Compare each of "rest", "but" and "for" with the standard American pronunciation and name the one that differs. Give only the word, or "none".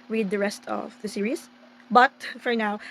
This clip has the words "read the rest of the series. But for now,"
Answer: none